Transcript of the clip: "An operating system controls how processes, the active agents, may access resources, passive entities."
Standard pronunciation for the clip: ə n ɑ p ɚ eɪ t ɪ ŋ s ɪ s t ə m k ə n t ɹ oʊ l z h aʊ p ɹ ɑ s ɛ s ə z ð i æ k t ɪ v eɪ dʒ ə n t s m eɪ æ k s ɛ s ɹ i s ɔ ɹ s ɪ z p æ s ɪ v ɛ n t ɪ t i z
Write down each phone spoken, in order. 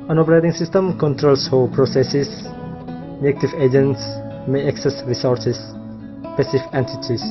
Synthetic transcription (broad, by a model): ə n ɑ p ɚ eɪ t ɪ ŋ s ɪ s t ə m k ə n t ɹ oʊ l s h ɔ p ɹ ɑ s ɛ s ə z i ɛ k t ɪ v eɪ dʒ ə n t s m eɪ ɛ k s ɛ s ɹ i s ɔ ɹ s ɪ s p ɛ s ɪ f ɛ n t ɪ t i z